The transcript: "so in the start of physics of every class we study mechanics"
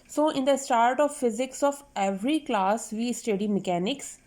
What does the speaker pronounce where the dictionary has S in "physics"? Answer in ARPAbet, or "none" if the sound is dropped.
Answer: S